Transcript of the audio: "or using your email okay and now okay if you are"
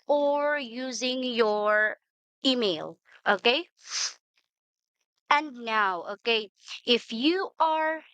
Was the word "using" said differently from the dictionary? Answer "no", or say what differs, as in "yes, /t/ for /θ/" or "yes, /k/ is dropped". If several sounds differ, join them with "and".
no